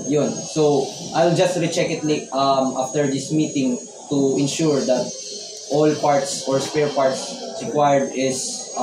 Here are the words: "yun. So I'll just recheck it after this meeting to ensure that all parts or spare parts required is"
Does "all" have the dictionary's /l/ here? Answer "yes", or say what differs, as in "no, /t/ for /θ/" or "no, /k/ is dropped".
yes